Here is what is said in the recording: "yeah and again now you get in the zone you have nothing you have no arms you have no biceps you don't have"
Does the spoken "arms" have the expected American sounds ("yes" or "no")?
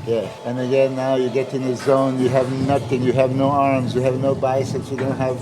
yes